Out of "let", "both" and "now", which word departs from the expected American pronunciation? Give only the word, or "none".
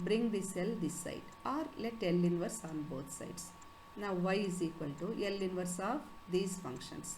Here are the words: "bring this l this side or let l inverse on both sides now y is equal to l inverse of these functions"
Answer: both